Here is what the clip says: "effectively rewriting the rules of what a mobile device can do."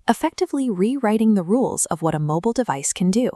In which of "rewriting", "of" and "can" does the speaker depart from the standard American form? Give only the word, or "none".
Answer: none